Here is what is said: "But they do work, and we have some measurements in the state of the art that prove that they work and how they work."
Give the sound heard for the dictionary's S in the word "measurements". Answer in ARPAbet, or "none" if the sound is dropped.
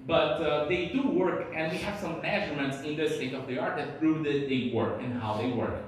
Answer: S